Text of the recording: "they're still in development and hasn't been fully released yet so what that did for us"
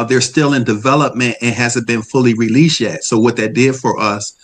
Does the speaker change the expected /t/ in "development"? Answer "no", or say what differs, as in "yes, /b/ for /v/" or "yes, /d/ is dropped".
no